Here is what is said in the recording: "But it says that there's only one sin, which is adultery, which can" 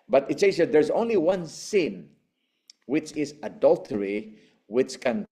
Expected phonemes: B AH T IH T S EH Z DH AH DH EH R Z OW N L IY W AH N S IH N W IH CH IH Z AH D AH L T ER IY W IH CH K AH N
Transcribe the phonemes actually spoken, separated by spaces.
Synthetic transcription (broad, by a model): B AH T IH T S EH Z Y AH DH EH R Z OW N L IY W AH N S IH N W IH CH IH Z AH D AH L T ER IY W IH CH K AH N